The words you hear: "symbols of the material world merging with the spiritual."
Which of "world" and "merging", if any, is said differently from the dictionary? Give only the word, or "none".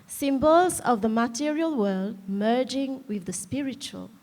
none